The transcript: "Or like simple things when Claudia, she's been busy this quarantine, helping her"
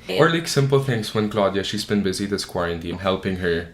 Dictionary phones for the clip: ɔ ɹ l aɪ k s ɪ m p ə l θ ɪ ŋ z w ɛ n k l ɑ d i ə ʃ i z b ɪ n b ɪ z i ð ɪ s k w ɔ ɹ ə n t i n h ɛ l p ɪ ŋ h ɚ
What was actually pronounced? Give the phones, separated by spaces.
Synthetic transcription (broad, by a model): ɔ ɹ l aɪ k s ɪ m p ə l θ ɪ ŋ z w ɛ n k l ɑ d i ə ʃ i z b ɪ n b ɪ z i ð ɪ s k w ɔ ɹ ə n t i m h ɛ l p ɪ ŋ h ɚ